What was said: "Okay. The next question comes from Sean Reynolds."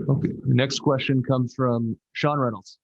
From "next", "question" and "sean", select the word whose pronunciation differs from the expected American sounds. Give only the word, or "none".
none